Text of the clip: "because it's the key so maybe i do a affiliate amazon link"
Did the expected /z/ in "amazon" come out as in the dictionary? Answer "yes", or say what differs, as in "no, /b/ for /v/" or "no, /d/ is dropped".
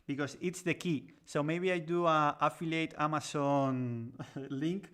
no, /s/ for /z/